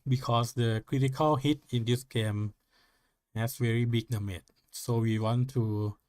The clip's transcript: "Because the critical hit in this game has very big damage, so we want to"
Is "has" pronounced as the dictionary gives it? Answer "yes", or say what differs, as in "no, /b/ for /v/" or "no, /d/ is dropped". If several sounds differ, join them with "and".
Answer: no, /s/ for /z/